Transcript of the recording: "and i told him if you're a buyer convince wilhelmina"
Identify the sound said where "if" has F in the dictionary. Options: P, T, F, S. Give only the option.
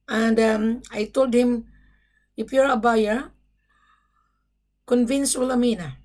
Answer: P